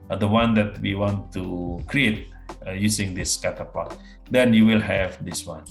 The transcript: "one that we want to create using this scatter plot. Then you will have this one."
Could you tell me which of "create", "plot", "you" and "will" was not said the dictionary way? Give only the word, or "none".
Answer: plot